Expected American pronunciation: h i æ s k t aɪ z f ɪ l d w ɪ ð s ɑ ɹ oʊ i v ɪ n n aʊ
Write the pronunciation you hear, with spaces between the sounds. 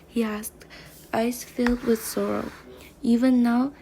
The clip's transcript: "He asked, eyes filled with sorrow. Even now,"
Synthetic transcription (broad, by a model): h i æ s k t aɪ s f ɪ l d w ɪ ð s ɑ ɹ oʊ i v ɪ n n aʊ